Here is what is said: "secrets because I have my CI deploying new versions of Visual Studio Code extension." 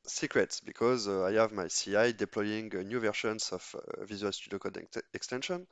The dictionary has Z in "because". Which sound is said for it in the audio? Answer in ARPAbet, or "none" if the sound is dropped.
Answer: Z